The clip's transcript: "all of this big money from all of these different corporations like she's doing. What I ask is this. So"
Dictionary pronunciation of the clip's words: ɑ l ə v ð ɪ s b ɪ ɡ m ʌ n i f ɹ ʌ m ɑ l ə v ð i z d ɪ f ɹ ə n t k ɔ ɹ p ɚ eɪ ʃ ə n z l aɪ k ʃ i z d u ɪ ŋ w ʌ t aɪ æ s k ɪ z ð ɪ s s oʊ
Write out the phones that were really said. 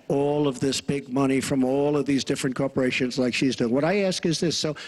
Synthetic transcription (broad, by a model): ɑ l ə v ð ɪ s b ɪ ɡ m ʌ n i f ɹ ʌ m ɑ l ə v ð i z d ɪ f ɹ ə n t k ɔ ɹ p ɚ eɪ ʃ ə n z l aɪ k ʃ i z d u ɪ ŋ w ʌ t aɪ æ s k ɪ z ð ɪ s s oʊ